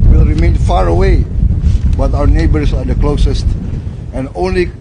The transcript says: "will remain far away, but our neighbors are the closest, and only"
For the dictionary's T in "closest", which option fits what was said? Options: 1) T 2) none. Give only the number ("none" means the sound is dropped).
1